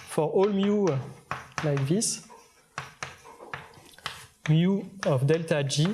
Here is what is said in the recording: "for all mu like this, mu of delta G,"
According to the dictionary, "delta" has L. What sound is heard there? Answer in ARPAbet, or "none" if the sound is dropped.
L